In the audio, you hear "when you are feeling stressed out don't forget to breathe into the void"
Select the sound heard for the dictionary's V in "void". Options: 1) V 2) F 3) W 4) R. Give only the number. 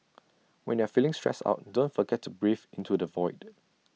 1